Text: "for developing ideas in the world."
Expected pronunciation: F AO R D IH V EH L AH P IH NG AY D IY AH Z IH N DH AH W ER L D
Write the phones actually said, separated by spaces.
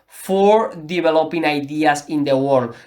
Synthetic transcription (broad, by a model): F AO R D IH B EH L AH P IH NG AY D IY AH S IH N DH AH W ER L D